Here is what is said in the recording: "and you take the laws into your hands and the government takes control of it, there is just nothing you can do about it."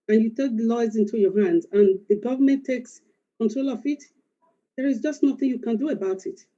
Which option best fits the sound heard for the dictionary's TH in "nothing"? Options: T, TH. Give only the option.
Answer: TH